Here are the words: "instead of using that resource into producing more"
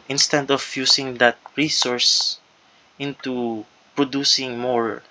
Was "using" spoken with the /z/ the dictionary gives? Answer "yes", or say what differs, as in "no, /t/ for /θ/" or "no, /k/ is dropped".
no, /s/ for /z/